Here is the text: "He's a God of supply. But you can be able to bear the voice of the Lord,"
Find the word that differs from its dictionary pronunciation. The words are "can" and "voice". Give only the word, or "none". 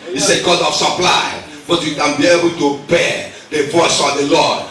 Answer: none